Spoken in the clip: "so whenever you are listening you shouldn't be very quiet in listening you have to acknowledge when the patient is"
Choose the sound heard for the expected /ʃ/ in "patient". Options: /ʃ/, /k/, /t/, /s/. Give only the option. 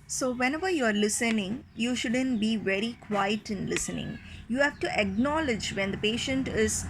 /ʃ/